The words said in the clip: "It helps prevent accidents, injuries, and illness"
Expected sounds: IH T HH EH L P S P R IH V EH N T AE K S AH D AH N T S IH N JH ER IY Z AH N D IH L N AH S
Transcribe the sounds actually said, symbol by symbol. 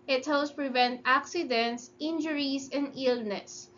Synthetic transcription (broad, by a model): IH T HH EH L S P R IH V EH N T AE K S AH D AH N T S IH N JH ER IY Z AH N D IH L N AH S